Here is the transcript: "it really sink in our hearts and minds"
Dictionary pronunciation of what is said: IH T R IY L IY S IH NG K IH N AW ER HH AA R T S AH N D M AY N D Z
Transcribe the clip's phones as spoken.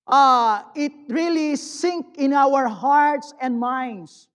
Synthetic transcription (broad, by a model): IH T R IY L IY S IH NG K IH N AW ER HH AA R T S AH N D M AY N D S